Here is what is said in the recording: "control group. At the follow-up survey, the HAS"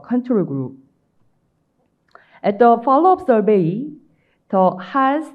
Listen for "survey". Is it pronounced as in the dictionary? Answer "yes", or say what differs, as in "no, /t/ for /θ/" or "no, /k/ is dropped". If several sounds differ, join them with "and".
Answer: no, /b/ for /v/